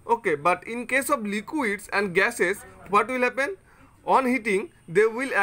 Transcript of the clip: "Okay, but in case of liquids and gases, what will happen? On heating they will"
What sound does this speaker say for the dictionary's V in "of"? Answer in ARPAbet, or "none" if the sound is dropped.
B